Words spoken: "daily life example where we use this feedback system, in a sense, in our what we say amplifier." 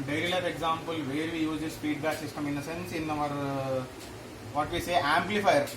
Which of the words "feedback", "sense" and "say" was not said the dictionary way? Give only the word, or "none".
feedback